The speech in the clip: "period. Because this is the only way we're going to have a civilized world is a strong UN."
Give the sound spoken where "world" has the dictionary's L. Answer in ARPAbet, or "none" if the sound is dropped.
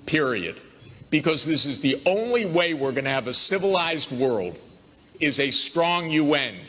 L